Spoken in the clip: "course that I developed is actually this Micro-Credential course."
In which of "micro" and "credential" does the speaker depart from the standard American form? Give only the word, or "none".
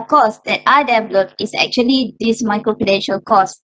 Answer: credential